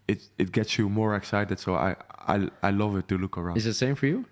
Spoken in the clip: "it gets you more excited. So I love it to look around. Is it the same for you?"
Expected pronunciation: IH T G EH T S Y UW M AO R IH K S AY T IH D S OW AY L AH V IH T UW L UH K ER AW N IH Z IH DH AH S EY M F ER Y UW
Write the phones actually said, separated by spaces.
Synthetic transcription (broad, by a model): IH T G EH T S Y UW M AO R IH K S AY T IH D S OW AY L AH V IH T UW L UH K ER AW IH Z IH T S EY M F ER Y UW